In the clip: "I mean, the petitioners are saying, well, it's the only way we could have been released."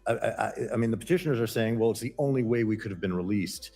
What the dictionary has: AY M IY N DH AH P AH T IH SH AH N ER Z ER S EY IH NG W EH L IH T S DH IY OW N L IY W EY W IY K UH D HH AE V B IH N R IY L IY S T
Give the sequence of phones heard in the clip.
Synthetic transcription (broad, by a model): AY M IY N DH AH P AH T IH SH AH N ER Z ER S EY IH NG W EH L IH T S DH IY OW N L IY W EY W IY K UH D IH V B IH N R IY L IY S T